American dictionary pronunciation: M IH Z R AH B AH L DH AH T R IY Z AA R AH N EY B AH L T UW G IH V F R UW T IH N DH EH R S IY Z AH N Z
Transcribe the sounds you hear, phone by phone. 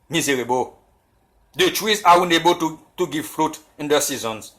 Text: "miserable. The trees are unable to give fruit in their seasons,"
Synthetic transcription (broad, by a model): M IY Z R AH B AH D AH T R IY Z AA W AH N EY B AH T T UW G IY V F R UW T IH N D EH S IY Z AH N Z